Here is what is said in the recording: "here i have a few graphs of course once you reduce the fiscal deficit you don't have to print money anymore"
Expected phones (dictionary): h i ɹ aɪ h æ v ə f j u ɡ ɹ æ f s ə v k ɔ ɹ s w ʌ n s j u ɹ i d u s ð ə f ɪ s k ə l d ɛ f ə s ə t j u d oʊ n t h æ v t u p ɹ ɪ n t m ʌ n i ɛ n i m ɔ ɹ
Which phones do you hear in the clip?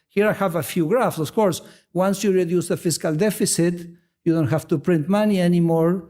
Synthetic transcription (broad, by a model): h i ɹ aɪ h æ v ə f j u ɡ ɹ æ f s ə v k ɔ ɹ s w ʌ n s j u ɹ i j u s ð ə f ɪ s k ə l d ɛ f ə s ə t j u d oʊ n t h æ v t u p ɹ ɪ n t m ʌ n i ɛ n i m ɔ ɹ